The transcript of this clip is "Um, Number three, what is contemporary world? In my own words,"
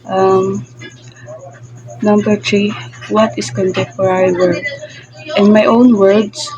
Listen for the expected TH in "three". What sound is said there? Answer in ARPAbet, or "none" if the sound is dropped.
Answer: T